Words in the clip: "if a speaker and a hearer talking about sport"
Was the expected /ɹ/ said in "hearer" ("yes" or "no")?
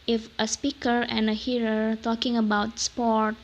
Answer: yes